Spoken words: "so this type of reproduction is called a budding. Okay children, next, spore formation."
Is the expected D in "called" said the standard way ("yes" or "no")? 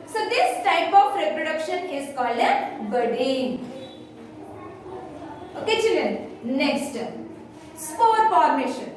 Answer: no